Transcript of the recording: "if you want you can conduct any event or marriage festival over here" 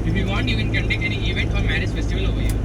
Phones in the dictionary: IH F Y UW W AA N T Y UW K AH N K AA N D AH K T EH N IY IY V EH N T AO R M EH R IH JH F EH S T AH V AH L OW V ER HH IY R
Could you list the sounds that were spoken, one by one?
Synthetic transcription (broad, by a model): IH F Y UW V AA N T Y UW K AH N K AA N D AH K EH N IY IY V EH N T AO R M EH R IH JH F EH S T AH V AH L OW V ER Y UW